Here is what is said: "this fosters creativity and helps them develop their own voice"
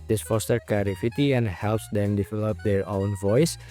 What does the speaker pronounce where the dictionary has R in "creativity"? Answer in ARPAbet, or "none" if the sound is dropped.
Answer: none